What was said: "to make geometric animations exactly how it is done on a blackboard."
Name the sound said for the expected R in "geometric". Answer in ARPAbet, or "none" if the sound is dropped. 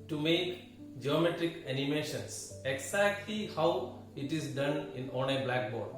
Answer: R